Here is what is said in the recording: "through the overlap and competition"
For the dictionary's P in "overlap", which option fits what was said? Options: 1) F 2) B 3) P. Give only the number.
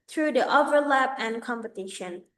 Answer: 3